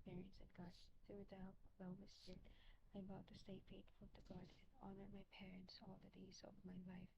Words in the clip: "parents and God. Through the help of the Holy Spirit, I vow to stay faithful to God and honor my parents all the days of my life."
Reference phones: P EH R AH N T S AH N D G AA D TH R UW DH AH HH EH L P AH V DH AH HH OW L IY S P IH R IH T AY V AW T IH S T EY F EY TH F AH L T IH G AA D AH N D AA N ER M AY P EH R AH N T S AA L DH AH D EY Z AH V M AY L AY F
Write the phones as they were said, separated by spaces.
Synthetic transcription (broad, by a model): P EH R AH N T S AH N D G AA D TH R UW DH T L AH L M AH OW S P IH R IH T AY B AW T IH S T EY F EY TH F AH L T IH G AA D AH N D AA N ER M AY P EH R AH N T S AA L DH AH D EY Z AH V M AY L AY F